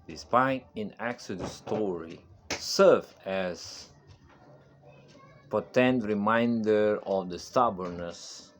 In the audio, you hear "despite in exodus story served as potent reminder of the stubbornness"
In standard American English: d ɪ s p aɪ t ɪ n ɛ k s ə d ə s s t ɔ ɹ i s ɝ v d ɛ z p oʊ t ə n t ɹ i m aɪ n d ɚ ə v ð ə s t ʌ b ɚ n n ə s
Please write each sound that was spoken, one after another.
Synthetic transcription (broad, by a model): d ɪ s p aɪ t ɪ n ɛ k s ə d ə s s t ɔ ɹ i s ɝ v ɛ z p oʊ t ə n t ɹ i m aɪ n d ɚ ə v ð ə s t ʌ b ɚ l n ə s